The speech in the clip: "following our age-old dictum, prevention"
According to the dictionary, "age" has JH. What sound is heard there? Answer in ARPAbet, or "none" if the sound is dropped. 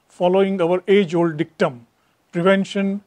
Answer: JH